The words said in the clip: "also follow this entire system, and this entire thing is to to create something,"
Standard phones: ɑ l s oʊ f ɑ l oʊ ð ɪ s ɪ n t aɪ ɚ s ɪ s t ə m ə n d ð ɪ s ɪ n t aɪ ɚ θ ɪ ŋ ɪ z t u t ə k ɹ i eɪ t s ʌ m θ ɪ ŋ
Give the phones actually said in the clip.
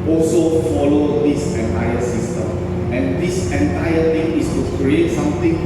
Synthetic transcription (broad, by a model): ɑ l s oʊ f ɑ l oʊ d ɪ s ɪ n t aɪ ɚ s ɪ s t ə m ə n d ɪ s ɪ n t aɪ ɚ t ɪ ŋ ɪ s t u k ɹ i eɪ t s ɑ m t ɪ ŋ